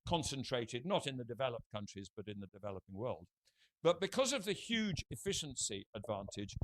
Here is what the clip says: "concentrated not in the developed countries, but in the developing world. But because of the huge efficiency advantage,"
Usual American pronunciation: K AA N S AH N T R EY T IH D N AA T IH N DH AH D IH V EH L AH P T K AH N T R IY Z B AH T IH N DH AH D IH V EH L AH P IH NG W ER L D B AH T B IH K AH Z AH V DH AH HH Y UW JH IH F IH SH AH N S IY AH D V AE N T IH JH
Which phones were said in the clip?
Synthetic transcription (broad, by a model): K AA N S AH N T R EY T IH D N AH T IH N DH AH D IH V EH L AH P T K AH N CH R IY Z B AH T IH N DH AH D IH V EH L AH P IH NG W ER L D B AH T B IH K AH Z AH V DH AH HH Y UW JH IH F IH SH AH N S IY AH D V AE N T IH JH